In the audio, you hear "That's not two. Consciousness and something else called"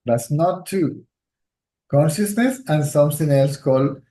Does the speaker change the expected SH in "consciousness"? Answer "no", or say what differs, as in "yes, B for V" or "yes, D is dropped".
no